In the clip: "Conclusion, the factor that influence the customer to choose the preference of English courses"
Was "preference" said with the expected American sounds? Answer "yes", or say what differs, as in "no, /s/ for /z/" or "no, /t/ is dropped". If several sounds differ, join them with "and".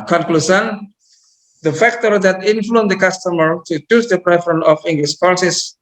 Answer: no, /s/ is dropped